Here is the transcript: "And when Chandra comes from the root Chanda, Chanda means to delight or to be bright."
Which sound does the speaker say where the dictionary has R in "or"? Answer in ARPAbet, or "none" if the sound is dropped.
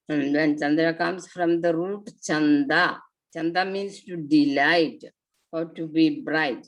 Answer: W